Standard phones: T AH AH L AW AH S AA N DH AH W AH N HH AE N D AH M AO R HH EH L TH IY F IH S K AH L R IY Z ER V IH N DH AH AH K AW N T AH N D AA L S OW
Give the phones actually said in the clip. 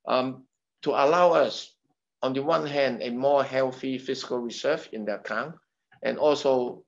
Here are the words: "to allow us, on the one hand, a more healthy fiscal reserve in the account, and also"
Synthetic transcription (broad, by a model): T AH AH L AW AH S AA N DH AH W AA N HH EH N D AH M AO HH EH L TH IY F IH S K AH L R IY S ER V IH N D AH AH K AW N T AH N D AA L S OW